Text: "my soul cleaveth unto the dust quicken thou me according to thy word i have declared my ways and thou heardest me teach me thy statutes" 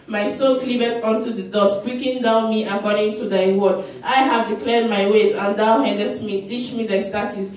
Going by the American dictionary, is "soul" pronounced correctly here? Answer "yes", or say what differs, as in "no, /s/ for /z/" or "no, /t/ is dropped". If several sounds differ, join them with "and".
no, /n/ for /l/